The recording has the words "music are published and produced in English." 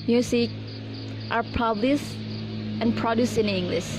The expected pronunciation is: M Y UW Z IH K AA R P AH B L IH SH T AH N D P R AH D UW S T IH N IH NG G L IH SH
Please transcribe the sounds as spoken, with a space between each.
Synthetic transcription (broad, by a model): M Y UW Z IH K AA R P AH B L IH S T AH N P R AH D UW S IH N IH NG G L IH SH